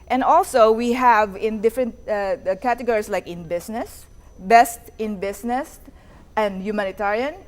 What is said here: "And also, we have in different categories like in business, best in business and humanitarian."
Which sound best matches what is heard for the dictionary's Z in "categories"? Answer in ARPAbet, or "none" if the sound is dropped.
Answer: S